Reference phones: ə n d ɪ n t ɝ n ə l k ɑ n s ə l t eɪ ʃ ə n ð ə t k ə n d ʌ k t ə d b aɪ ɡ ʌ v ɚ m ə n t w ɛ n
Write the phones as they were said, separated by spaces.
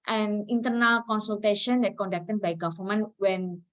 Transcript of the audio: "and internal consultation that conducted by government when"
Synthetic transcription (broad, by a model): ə n ɪ n t ɝ n ə l k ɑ n s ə l t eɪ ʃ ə n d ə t k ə n d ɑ k t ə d b aɪ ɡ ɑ f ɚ m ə n w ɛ n